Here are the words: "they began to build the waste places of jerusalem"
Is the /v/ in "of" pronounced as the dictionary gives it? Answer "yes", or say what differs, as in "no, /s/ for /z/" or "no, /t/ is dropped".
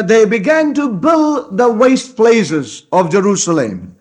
yes